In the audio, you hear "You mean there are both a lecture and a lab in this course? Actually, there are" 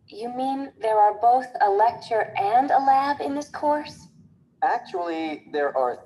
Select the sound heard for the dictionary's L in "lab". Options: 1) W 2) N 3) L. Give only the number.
3